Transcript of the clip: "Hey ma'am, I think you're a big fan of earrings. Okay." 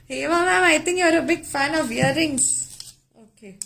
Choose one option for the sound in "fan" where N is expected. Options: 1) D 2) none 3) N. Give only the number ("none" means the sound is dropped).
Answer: 3